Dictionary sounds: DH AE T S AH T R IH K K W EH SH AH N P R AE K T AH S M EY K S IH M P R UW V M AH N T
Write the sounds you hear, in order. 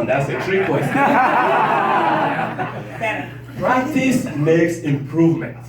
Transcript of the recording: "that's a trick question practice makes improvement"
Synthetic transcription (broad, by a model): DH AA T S AH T R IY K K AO AH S P R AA K T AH S M EY K S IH M P R UW V M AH N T